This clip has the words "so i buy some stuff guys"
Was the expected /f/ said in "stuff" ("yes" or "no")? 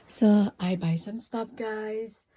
no